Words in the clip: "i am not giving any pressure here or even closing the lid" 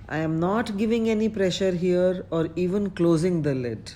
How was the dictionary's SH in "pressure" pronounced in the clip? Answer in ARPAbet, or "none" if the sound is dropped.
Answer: SH